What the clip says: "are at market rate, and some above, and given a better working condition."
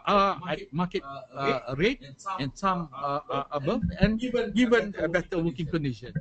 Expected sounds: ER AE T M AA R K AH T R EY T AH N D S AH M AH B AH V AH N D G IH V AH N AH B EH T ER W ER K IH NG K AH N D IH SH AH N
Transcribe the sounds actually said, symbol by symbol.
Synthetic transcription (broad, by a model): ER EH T M AA K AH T R EY T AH N S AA M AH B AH AH N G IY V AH N AH B EH T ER W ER K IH NG K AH N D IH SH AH N